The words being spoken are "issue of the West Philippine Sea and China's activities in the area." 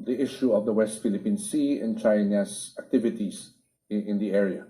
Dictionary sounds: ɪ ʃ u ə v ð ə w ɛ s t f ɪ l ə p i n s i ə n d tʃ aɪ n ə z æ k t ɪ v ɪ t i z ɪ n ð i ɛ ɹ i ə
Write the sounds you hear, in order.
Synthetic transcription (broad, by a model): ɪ ʃ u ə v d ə w ɛ s t f ɪ l ə p i n s i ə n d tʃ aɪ n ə s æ k t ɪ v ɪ t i s ɪ n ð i ɛ ɹ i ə